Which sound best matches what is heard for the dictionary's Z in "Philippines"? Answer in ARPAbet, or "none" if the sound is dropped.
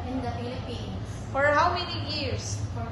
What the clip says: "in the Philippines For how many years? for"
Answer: none